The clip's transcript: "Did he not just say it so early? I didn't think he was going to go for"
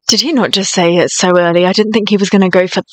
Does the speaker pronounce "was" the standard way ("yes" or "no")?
yes